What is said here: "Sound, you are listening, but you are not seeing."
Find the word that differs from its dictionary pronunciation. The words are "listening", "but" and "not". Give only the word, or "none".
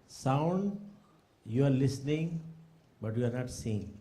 none